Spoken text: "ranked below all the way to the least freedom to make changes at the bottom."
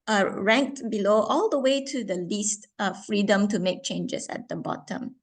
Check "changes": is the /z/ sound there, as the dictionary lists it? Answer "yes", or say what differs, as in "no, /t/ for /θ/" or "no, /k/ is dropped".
no, /s/ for /z/